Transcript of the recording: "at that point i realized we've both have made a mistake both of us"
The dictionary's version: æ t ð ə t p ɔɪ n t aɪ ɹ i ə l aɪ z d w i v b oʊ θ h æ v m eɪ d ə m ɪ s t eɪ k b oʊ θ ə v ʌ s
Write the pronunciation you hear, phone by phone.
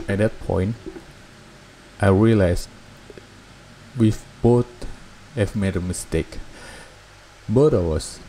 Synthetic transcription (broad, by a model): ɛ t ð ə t p ɔɪ n t aɪ ɹ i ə l aɪ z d w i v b oʊ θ h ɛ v m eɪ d ə m ɪ s t eɪ k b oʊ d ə w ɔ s